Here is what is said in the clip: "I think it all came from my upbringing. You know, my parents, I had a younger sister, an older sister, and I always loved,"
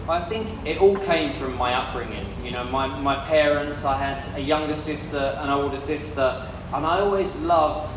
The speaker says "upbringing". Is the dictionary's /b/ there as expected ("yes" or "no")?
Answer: no